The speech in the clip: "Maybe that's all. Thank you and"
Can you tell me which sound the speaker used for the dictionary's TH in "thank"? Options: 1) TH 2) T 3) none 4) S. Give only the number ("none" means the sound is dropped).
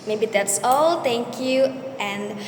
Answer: 2